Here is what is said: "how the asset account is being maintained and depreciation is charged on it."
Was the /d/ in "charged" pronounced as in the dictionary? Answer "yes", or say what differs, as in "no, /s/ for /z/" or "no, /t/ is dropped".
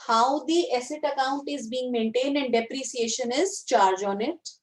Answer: no, /d/ is dropped